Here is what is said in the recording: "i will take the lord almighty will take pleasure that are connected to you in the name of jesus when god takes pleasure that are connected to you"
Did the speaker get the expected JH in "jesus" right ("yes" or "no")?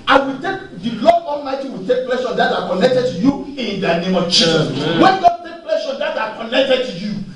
no